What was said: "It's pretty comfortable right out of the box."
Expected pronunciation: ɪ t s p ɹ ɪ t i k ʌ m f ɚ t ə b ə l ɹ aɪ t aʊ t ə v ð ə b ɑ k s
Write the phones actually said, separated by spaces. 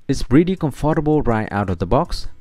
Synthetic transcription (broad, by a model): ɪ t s b ɹ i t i k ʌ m f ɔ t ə b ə l ɹ aɪ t aʊ t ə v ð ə b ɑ k s